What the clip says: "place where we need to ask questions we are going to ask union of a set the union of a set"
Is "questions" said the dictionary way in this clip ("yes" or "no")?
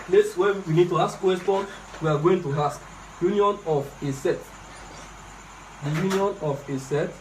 no